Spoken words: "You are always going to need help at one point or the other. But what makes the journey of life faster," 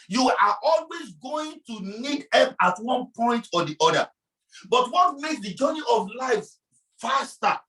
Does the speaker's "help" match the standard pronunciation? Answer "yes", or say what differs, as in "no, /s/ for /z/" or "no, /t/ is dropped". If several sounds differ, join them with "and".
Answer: no, /l/ is dropped